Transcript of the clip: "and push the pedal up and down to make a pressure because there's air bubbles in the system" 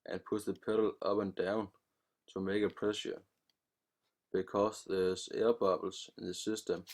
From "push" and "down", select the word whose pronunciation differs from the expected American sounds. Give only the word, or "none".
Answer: push